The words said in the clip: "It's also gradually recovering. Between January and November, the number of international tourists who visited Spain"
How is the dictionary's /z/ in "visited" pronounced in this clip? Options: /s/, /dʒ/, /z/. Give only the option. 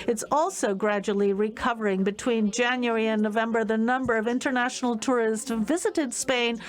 /z/